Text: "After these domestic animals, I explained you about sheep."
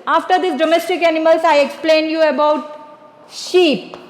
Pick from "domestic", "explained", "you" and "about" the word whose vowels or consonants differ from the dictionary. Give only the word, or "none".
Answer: none